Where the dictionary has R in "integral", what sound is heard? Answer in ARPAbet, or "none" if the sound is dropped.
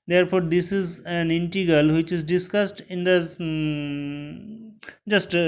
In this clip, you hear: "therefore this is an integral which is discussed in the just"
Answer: none